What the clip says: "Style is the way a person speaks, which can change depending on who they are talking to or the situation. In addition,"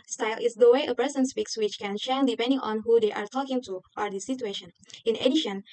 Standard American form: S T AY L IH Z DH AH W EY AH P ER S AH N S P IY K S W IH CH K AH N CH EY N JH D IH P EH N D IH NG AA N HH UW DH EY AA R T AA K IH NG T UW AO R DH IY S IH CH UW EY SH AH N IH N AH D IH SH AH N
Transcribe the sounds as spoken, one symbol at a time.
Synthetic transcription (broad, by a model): S T AY L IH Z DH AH W EY AH P ER S AH N S P IY K S W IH CH K AH N SH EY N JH D IH P EH N D IH NG AA N HH UW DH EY AA R T AA K IH NG T UW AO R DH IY S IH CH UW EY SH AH N IH N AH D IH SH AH N